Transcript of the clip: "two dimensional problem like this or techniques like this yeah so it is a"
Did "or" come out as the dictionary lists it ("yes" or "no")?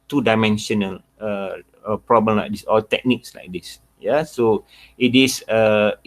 no